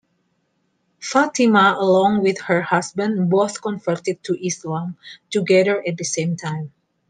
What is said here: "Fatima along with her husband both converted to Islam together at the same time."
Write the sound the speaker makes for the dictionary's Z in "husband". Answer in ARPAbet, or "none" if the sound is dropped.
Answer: S